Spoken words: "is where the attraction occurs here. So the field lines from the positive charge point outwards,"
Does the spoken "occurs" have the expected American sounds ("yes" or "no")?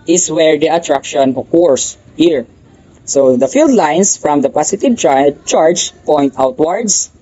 no